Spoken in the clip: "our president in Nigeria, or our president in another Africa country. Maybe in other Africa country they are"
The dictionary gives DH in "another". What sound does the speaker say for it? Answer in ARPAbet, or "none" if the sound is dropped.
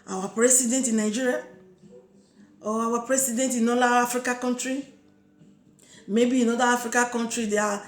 none